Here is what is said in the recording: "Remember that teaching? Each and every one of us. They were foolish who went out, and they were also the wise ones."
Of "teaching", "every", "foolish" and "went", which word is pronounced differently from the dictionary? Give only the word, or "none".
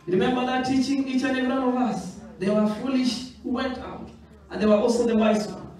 every